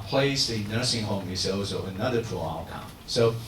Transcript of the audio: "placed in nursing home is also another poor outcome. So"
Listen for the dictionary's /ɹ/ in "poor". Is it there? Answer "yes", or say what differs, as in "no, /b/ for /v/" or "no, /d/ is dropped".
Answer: no, /l/ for /ɹ/